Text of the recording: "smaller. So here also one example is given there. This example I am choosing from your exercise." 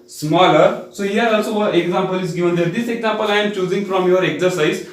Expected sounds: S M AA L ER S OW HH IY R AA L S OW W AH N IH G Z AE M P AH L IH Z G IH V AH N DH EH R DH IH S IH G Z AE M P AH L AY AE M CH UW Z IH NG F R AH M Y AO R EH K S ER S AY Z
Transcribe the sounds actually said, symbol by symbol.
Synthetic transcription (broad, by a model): S M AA L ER S OW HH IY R AA L S OW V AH IH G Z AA M P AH L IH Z G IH V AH N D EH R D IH S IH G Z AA M P AH L AY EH M CH UW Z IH NG F R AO M Y AO R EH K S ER S AY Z